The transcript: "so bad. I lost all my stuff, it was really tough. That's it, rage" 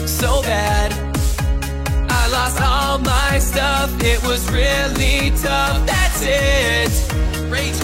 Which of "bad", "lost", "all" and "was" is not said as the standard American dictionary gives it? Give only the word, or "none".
none